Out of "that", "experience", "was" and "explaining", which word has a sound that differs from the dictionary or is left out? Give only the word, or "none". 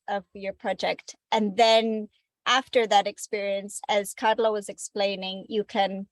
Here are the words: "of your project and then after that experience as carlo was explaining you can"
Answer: none